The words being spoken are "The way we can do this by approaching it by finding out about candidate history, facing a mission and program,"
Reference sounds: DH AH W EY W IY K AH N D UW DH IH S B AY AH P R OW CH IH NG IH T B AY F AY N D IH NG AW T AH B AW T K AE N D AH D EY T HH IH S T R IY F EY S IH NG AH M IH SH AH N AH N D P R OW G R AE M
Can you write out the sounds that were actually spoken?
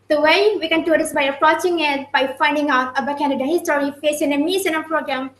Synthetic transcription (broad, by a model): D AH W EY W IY K AH N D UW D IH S B AY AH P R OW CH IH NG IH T B AY F AY N D IH NG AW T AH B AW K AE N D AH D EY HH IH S T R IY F EY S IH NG AH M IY S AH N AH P R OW G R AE M